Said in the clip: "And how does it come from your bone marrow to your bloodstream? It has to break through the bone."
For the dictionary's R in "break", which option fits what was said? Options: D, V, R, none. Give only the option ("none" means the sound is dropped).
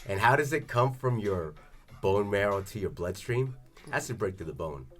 R